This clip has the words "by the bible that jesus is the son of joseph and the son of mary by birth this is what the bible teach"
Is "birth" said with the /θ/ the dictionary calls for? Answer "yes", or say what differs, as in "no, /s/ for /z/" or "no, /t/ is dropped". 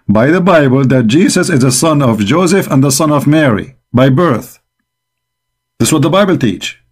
yes